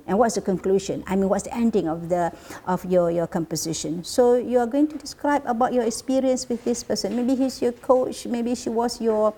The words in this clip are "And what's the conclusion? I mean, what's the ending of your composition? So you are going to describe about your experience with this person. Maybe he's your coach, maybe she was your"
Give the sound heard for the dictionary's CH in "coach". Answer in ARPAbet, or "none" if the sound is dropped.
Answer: CH